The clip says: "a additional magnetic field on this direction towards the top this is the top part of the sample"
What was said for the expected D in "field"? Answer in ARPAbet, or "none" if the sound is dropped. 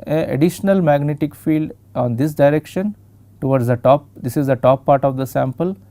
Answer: D